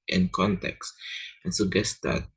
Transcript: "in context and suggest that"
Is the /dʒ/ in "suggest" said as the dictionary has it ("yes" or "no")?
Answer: no